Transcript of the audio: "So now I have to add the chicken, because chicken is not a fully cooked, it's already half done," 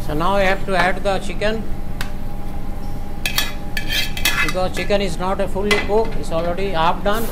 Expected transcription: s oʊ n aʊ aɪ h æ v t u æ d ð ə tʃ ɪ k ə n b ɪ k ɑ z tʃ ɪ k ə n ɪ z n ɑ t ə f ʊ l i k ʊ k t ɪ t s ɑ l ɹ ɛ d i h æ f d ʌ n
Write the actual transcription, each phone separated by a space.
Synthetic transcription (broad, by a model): s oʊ n aʊ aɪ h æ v t u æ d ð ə tʃ ɪ k ə n b ɪ k ɑ z tʃ ɪ k ə n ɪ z n ɑ t ə f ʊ l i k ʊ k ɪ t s ɑ l ɹ ɛ d i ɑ p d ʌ n